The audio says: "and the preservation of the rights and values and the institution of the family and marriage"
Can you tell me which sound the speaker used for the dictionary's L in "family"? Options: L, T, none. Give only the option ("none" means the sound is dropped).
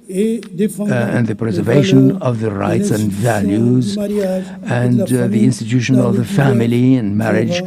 L